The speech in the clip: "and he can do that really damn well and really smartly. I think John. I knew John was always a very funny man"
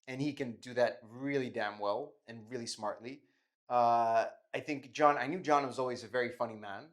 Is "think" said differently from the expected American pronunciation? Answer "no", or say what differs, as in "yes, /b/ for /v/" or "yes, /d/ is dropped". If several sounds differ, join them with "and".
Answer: no